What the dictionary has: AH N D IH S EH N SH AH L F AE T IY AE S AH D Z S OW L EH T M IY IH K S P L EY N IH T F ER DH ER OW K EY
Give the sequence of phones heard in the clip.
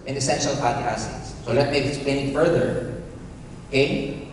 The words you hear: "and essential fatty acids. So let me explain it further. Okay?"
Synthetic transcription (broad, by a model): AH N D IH S EH N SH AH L P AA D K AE S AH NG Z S OW L EH T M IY IH K S P L EY N IH T F ER DH ER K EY